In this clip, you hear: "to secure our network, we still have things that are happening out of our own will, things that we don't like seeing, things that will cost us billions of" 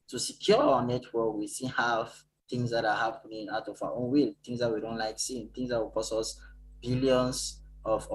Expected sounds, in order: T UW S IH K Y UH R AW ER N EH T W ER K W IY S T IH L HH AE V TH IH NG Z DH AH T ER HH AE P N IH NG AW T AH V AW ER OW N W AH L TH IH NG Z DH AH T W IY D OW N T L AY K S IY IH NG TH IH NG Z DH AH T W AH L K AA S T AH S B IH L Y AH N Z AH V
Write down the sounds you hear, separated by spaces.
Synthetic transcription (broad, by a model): T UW S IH K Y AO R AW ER N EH T W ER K W IY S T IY N HH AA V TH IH NG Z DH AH T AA HH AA P N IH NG AW T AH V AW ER OW N W AH L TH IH NG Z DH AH T W IY D OW N T L AY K S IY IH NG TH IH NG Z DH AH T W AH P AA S AH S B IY L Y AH N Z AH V